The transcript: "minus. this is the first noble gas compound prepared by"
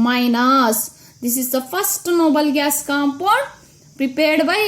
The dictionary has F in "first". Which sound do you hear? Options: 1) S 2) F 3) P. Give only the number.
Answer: 3